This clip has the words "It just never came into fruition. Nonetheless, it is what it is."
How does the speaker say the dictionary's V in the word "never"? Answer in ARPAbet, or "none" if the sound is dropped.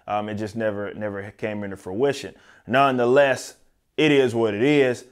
V